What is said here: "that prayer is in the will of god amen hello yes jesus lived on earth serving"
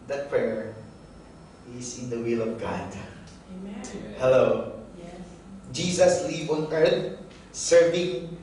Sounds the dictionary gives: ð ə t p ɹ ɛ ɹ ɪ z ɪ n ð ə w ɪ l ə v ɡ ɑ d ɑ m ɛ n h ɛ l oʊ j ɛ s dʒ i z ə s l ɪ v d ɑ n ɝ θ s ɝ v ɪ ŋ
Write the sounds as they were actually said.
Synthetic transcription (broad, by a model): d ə t p ɹ ɛ ɹ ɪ s ɪ n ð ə w ɪ l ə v ɡ ɑ d h ɛ l oʊ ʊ dʒ i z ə s l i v ɑ n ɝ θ s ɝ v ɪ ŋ